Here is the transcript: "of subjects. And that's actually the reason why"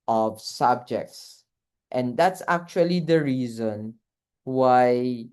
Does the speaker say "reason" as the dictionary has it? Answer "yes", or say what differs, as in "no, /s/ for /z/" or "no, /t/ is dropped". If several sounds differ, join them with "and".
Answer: yes